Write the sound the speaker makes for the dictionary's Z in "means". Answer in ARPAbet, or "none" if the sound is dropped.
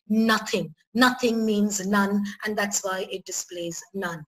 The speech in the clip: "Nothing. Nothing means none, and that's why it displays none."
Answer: Z